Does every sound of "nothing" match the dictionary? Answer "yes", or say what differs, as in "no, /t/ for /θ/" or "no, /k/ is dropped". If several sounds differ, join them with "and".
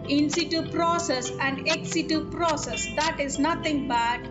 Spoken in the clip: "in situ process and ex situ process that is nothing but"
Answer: no, /t/ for /θ/